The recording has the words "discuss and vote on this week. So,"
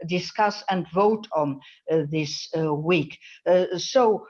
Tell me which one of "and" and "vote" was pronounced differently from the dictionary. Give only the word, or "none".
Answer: none